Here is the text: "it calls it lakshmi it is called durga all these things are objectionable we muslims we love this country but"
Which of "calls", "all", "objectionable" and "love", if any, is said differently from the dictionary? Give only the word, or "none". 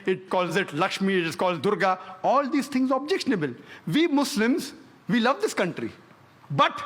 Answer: none